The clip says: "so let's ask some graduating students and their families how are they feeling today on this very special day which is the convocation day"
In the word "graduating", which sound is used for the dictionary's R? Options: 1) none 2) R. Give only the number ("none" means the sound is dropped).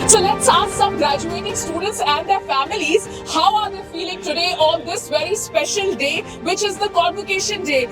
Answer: 2